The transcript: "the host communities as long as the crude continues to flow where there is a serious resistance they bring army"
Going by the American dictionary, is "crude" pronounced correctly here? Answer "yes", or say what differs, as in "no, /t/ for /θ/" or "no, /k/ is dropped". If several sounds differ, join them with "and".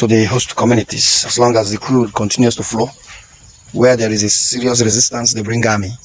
yes